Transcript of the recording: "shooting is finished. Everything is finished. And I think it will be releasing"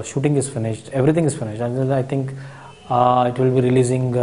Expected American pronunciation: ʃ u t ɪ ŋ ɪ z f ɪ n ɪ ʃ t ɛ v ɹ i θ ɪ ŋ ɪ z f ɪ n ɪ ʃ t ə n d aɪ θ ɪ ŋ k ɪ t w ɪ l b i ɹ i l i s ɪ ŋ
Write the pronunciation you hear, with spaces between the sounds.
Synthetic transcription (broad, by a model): ʃ u t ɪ ŋ ɪ z f ɪ n ɪ ʃ t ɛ v ɹ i t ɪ ŋ ɪ z f ɪ n ɪ ʃ t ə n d aɪ t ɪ ŋ k ɪ t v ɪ l b i ɹ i l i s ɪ ŋ